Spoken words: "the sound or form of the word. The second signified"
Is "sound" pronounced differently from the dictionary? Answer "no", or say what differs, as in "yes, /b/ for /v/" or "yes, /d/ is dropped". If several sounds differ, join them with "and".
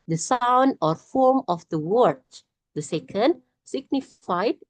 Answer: no